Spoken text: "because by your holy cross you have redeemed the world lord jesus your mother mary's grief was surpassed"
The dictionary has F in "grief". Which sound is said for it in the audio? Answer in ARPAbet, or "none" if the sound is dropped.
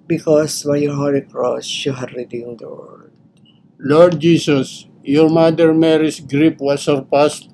P